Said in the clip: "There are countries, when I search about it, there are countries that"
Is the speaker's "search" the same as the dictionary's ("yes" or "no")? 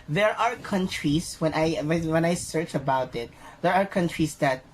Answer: yes